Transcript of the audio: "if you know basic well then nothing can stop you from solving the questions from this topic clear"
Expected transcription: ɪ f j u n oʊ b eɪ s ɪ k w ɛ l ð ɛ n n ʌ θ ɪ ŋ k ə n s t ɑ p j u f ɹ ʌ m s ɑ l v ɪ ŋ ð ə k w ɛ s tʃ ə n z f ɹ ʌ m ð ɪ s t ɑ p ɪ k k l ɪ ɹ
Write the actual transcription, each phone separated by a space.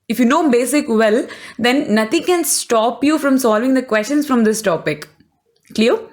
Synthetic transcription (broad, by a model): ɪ f j u n oʊ b eɪ s ɪ k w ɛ l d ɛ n n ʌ t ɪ ŋ k ə n s t ɑ p j u f ɹ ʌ m s ɑ l v ɪ ŋ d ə k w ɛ s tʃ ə n s f ɹ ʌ m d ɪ s t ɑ p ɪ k k l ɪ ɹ